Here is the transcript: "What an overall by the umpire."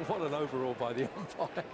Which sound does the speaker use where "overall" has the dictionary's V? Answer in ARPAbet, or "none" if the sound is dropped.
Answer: V